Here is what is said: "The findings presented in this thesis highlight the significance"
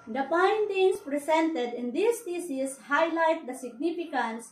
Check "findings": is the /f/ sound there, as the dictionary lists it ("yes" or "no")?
no